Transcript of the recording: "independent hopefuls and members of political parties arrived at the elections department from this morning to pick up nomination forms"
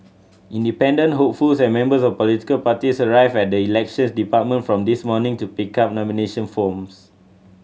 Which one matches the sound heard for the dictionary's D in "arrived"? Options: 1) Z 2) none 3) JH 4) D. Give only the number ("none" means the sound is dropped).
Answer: 2